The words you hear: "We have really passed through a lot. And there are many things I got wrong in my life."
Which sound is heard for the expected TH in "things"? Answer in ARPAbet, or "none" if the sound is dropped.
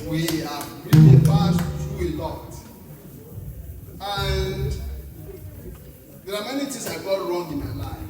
T